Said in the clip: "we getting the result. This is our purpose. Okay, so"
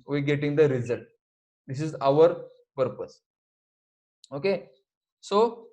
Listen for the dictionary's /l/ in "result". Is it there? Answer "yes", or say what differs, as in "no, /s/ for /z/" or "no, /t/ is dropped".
yes